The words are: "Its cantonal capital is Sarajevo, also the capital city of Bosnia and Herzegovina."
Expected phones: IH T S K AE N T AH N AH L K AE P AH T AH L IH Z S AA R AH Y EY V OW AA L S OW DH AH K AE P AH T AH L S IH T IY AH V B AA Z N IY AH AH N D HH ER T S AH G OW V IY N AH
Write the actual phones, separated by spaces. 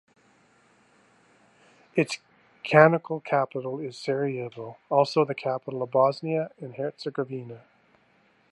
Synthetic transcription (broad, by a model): IH T S K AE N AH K L K AE P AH T L IH Z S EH R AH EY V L AA L S OW DH AH K AE P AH T L AH V B AA Z N IY AH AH N HH ER T S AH G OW V IY N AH